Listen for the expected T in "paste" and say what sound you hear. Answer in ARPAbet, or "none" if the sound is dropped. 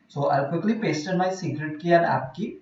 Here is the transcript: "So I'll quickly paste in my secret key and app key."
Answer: T